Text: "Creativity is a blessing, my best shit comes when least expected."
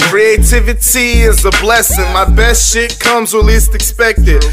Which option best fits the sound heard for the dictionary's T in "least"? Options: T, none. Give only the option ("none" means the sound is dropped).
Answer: T